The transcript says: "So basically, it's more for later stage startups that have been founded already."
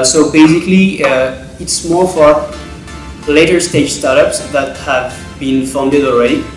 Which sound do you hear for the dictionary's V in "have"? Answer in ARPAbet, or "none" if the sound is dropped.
V